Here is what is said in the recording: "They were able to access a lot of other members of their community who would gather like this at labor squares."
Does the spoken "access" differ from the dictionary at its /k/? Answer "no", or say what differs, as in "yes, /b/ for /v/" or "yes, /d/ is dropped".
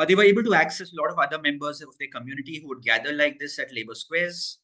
no